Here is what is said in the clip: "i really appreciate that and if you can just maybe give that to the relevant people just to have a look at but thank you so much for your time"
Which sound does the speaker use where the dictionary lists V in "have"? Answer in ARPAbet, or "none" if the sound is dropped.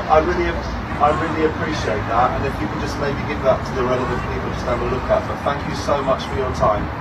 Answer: B